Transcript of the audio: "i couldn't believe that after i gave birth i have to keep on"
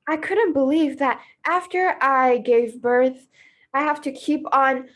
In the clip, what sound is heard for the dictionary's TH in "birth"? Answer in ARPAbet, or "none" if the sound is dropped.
TH